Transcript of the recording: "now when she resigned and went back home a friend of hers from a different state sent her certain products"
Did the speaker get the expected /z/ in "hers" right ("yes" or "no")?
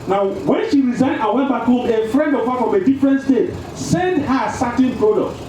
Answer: no